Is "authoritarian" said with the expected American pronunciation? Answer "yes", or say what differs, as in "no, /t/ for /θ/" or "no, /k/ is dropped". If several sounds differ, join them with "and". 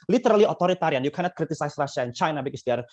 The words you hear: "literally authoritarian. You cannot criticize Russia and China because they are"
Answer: no, /t/ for /θ/